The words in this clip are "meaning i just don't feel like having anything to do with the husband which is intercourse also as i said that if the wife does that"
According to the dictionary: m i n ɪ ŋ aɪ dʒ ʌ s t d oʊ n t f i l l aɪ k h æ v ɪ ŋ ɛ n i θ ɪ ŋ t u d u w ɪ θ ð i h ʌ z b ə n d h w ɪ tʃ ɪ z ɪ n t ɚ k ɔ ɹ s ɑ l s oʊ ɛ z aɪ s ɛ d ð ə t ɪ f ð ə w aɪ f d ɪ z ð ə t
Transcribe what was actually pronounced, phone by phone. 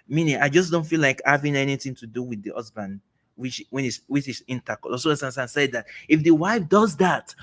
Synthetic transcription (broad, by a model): m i n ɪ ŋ aɪ dʒ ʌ s d oʊ n t f i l l aɪ k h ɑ v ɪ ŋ ɛ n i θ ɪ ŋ t u d u w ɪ ð i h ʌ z b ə n d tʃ w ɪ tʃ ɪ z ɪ n t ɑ k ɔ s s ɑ n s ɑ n s ɛ d ð ə t ɪ f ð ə w aɪ f d ɪ z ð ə t